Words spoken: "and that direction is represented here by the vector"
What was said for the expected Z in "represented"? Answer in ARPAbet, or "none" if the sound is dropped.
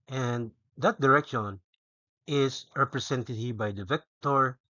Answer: S